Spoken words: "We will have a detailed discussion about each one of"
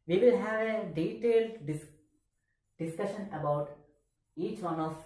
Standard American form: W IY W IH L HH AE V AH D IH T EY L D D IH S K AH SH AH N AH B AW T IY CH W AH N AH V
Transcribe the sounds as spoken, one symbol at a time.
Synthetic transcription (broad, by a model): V IY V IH L HH AE V AH D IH T EY L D D IH S K AH SH AH N AH B AW T IY CH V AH N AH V